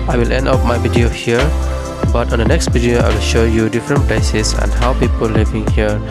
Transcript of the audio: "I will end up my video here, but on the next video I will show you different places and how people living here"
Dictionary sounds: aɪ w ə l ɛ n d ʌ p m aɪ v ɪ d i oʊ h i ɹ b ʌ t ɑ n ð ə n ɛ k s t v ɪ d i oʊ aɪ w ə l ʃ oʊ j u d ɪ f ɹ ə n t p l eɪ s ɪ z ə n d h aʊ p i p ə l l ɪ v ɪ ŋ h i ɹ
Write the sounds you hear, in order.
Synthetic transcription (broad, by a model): aɪ w ə l ɛ n d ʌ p m aɪ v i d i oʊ h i ɹ b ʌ t ɑ n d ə n ɛ k s t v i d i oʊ aɪ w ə l ʃ oʊ j u d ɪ f ɹ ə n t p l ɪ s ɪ s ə n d h aʊ p i p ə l l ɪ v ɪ ŋ h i ɹ